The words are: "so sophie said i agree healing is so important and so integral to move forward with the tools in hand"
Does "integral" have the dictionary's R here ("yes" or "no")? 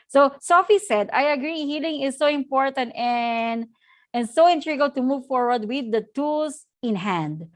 no